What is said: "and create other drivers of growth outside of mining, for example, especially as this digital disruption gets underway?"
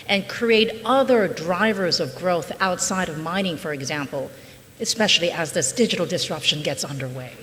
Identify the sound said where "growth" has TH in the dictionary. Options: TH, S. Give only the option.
TH